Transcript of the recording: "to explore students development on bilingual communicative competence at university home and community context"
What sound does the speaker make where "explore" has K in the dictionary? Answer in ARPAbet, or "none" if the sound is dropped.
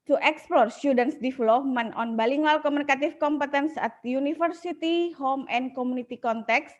K